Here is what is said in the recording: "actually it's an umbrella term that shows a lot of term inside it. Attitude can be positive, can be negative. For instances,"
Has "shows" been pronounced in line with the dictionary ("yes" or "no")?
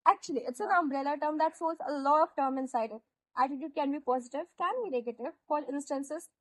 no